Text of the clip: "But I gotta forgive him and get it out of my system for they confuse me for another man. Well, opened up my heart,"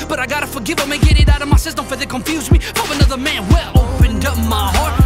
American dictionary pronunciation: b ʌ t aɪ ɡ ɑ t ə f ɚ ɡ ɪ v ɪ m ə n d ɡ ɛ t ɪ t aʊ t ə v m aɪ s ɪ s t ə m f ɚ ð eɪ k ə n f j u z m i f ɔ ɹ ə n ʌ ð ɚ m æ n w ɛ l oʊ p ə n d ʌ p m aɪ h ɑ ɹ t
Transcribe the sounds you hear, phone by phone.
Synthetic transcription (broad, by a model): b ʌ t aɪ ɡ ɑ t ə f ɚ ɡ ɪ v ɪ m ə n ɡ ɛ t ɪ t aʊ t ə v m aɪ s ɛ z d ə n f ɚ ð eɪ k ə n f j u z m i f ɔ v ə n ʌ ð ɚ m æ n w ɛ l oʊ p ə n d ʌ p m aɪ h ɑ ɹ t